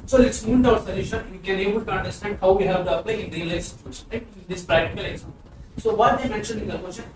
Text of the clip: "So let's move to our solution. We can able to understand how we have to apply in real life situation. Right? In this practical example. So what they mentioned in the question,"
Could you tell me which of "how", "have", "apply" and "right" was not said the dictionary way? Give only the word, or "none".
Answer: right